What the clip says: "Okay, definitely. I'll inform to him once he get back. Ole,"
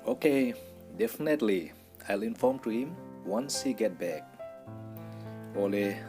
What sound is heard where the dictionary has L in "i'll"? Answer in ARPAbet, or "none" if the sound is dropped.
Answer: L